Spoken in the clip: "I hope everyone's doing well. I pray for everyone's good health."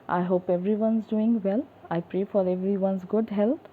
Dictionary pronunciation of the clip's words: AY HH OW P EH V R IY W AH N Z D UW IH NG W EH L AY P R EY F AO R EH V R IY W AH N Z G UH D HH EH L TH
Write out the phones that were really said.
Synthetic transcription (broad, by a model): AY HH OW P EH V R IY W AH N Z D UW IH NG W EH L AY P R EY F AO R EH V R IY W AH N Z G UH D HH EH L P